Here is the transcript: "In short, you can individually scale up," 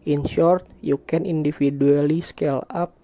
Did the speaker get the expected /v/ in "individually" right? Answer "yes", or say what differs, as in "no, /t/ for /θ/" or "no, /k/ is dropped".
no, /f/ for /v/